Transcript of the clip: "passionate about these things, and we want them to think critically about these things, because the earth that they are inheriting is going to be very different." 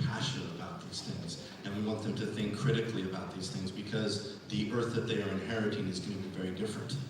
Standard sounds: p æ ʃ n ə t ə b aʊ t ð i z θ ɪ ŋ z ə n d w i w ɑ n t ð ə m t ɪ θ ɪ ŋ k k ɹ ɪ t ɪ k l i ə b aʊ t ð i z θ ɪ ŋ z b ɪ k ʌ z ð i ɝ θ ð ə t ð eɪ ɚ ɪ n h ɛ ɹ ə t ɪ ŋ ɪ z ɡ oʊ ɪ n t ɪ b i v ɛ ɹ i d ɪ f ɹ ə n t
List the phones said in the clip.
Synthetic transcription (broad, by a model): p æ ʃ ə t ə b aʊ t ð i z θ ɪ ŋ z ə n w i w ɑ n t ð ə m t ɪ θ ɪ ŋ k k ɹ ɪ t ɪ k l i ə b aʊ t ð i z θ ɪ ŋ z b ɪ k ʌ z ð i ɝ θ ð ə t ð eɪ ɚ ɪ n h ɛ ɹ ə t ɪ ŋ ɪ z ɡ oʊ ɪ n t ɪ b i v ɛ ɹ i d ɪ f ɹ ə n t